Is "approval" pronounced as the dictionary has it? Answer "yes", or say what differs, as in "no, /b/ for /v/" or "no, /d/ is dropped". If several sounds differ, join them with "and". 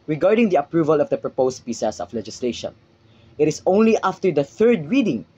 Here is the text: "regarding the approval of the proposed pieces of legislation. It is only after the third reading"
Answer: yes